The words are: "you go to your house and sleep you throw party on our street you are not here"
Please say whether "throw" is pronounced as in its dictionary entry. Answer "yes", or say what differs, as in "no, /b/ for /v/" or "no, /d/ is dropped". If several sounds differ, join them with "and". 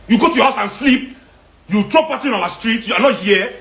no, /t/ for /θ/